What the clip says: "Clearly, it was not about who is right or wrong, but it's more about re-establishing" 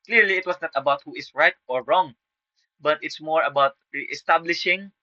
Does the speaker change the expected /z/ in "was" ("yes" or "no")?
yes